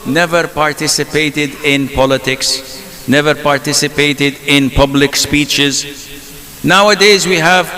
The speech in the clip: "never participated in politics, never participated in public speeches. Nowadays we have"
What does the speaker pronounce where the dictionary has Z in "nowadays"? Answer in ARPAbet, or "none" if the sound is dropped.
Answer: Z